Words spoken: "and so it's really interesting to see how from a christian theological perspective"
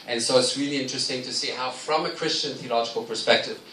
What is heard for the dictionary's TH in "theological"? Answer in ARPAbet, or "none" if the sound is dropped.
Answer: TH